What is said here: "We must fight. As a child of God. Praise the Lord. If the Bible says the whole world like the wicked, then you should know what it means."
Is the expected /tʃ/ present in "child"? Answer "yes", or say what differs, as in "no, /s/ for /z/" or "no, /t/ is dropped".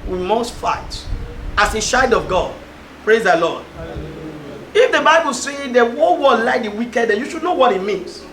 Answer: no, /ʃ/ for /tʃ/